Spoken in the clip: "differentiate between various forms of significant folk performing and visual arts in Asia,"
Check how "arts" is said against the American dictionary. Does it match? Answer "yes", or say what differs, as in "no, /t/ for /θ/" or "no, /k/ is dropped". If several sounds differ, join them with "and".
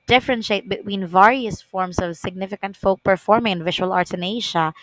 no, /s/ is dropped